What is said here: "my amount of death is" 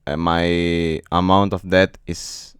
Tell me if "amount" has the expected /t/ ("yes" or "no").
yes